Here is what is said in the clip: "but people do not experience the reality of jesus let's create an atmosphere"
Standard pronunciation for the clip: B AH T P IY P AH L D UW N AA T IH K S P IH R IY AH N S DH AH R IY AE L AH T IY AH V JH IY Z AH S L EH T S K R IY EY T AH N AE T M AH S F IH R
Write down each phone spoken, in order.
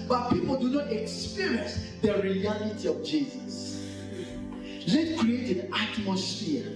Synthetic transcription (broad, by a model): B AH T P IY P AH L D UW N AA T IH K S P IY R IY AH N S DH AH R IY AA L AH T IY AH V JH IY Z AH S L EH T K R IY EY T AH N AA T M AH S F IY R